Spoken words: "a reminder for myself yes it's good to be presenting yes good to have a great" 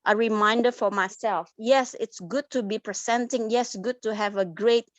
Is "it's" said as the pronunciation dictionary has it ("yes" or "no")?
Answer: yes